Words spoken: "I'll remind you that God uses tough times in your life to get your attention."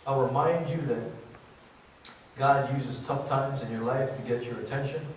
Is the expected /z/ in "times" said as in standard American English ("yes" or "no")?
yes